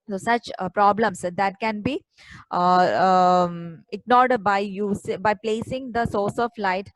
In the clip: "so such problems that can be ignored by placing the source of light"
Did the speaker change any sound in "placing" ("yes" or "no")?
no